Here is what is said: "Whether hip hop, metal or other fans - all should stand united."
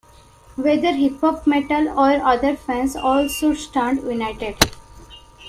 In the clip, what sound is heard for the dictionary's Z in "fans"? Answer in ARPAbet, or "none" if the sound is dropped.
S